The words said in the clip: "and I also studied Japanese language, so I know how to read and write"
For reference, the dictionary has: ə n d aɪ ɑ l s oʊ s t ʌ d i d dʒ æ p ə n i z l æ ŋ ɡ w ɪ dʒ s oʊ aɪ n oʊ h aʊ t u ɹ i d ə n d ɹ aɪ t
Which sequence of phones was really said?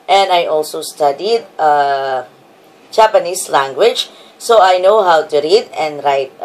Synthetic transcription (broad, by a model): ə n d aɪ ɑ l s oʊ s t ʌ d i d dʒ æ p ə n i s l æ ŋ ɡ w ɪ dʒ s oʊ aɪ n oʊ h aʊ t u ɹ i d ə n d ɹ aɪ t